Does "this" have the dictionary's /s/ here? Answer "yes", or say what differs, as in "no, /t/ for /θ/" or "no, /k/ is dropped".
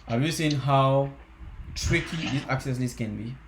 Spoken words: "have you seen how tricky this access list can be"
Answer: no, /s/ is dropped